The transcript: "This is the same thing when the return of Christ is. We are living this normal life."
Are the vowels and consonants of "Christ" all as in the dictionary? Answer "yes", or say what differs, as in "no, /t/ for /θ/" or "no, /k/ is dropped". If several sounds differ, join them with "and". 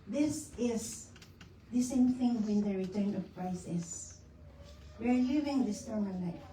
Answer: no, /t/ is dropped